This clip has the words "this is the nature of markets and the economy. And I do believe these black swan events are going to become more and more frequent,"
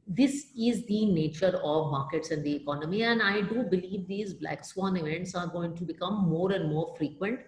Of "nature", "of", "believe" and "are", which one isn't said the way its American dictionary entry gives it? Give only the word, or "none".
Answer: none